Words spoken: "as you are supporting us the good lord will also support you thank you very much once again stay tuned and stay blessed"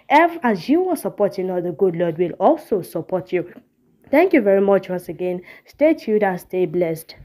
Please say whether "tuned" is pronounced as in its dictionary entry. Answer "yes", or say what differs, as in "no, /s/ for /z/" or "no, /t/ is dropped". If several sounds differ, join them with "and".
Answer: no, /n/ is dropped